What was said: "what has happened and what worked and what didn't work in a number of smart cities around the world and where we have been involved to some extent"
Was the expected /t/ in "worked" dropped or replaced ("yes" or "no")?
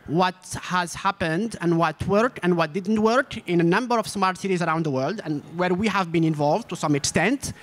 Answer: yes